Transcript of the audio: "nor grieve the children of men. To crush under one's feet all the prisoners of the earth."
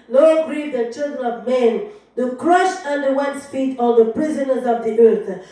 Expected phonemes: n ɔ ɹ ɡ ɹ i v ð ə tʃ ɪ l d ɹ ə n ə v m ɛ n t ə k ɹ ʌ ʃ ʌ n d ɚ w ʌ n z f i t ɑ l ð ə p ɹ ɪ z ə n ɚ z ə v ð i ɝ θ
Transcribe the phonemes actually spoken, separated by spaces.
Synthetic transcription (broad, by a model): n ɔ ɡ ɹ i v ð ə tʃ ɪ l d ɹ ə n ə v m ɛ n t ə k ɹ ʌ ʃ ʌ n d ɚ w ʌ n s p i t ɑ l ð ə p ɹ ɪ z ə n ɚ z ə v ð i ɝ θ